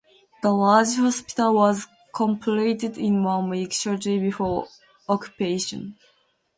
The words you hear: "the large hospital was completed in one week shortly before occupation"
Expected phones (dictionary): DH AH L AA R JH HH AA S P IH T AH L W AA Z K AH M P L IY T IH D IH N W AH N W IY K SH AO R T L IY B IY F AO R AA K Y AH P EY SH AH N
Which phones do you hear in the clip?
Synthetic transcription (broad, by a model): DH AH L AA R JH HH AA S P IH T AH L W AA Z K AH M P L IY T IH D IH N W AH N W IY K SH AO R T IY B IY F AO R AA K Y AH P EY SH AH N